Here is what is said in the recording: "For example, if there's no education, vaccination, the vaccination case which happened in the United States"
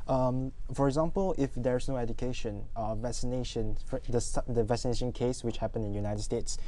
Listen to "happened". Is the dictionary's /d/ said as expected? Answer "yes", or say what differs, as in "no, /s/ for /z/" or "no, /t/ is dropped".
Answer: no, /d/ is dropped